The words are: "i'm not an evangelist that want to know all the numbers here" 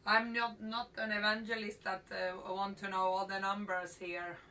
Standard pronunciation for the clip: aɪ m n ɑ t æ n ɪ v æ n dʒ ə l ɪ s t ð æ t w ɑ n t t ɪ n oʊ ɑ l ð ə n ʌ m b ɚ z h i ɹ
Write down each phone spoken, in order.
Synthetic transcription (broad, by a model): aɪ m n ɑ t æ n ɪ v æ n dʒ ə l ɪ s t ð æ t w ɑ n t t ɪ n oʊ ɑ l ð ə n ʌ m b ɚ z h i ɹ